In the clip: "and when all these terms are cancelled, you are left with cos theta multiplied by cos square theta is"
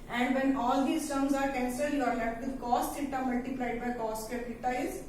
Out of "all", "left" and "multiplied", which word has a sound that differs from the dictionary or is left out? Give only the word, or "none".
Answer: left